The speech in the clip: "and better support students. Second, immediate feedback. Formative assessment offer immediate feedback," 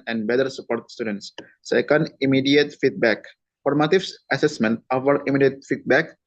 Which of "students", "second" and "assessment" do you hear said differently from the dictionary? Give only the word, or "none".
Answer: none